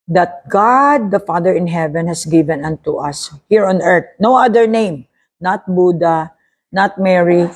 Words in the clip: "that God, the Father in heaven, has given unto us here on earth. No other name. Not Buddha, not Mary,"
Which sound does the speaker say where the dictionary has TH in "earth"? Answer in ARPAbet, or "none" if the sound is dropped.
T